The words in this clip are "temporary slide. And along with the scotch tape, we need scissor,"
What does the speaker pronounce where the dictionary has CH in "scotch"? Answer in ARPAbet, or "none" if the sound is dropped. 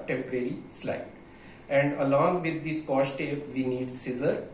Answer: SH